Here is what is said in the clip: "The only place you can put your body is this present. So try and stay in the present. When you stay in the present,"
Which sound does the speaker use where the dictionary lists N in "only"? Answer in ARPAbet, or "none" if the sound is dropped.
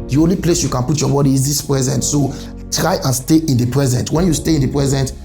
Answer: N